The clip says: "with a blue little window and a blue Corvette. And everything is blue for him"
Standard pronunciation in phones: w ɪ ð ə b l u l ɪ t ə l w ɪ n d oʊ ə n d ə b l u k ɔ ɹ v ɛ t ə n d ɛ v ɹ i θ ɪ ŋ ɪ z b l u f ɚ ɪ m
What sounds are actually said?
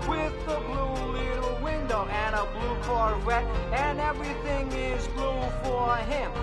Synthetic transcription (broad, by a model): w ɪ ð ə b l u l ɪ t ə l w ɪ n d oʊ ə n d ə b l u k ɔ ɹ w ɛ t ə n ɛ v ɹ i θ ɪ ŋ ɪ z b l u f ɚ ɪ m